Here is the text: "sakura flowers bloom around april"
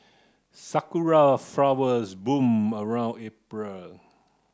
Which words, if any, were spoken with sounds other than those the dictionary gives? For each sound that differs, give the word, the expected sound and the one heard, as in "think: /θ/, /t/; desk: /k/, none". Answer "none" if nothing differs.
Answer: bloom: /l/, none